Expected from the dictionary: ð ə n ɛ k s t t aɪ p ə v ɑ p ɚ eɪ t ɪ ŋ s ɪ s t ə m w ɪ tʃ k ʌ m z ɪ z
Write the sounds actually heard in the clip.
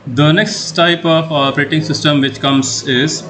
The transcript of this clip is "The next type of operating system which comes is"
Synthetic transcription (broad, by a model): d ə n ɛ k s t t aɪ p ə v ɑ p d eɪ t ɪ ŋ s ɪ s t ə m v ɪ tʃ k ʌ m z ɪ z